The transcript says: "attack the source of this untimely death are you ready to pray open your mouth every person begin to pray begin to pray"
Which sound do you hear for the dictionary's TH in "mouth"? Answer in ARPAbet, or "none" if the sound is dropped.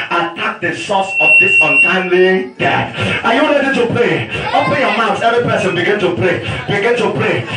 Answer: S